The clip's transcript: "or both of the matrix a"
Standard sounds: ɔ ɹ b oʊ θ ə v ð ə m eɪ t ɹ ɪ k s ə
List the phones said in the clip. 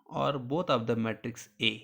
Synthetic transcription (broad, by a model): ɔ ɹ b oʊ t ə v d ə m eɪ t ɹ ɪ k s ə